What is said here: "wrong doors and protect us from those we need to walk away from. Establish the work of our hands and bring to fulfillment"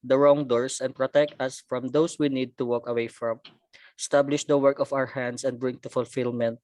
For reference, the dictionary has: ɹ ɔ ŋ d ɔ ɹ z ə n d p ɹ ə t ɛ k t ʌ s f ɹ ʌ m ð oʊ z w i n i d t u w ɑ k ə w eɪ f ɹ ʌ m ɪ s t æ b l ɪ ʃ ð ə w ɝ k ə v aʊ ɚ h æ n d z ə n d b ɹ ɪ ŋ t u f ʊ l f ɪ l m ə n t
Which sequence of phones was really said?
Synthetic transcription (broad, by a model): ɹ ɔ ŋ d ɔ ɹ s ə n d p ɹ ə t ɛ k t ʌ s f ɹ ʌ m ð oʊ s w i n i d t u w ɑ k ə w eɪ f ɹ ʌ m s t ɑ b l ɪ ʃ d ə w ɝ k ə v aʊ ɚ h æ n d s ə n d b ɹ ɪ ŋ t u f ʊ l f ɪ l m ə n t